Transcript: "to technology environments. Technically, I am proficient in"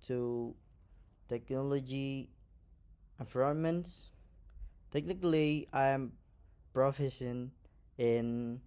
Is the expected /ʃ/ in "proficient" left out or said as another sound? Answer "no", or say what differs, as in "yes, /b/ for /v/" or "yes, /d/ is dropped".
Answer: yes, /s/ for /ʃ/